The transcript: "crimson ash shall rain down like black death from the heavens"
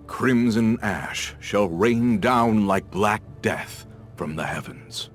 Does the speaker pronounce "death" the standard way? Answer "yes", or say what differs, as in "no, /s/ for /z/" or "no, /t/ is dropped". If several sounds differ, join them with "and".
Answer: yes